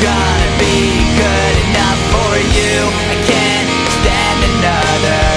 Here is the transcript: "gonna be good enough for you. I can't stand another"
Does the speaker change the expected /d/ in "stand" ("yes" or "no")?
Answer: yes